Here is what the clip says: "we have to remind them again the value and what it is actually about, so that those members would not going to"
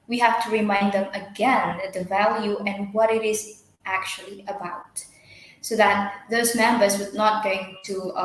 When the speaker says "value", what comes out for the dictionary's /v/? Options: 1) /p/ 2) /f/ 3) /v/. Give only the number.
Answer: 3